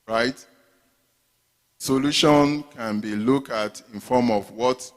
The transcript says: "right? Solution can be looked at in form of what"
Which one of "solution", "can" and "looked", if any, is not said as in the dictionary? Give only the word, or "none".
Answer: looked